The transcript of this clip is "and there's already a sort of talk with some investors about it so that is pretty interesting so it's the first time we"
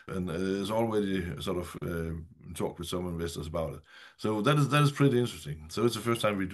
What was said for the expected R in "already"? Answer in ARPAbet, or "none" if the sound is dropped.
W